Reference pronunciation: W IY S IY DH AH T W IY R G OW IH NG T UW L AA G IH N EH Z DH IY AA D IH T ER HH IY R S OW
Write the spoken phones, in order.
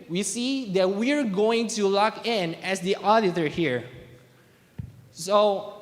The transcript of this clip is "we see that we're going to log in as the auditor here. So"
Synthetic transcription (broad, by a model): W IY S IY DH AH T W IY R G OW IH NG T UW L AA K IH N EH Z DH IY AA D IH T ER HH IY R S OW